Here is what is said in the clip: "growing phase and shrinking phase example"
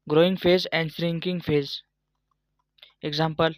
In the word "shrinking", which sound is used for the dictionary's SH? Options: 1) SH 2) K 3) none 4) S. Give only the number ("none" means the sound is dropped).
4